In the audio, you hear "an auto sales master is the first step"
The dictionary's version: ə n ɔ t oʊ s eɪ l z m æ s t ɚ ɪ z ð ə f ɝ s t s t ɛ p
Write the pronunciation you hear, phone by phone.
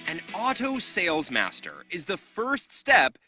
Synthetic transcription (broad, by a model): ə n ɔ t oʊ s eɪ l z m æ s t ɚ ɪ z ð ə f ɝ s t s t ɛ p